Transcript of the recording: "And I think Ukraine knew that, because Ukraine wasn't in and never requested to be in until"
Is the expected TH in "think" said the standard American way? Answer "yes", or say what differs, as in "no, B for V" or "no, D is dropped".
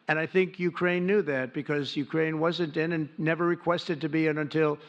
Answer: yes